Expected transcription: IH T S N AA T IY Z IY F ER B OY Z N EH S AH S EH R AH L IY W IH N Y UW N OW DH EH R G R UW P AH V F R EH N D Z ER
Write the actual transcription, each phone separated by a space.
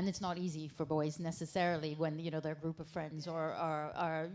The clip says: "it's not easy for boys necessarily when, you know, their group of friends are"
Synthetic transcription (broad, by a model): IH T S N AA T IY Z IY F ER B OY Z N EH S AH S EH R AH L IY W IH N Y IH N OW DH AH R G R UW P AH V F R EH N D Z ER